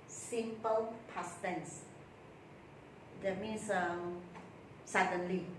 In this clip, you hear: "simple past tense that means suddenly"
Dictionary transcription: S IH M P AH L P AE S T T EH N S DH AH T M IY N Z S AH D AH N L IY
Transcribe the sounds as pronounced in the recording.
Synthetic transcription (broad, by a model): S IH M P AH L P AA S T T EH N S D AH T M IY N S S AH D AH N L IY